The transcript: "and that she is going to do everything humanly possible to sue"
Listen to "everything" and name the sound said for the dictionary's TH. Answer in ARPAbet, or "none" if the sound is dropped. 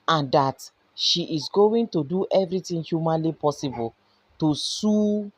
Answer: T